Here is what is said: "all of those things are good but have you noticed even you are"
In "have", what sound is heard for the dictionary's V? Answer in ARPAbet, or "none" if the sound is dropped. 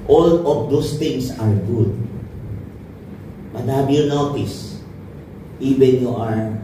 B